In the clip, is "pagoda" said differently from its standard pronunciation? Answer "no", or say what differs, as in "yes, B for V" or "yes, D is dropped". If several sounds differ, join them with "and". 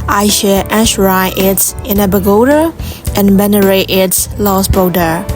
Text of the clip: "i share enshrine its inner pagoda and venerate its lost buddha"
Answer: yes, B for P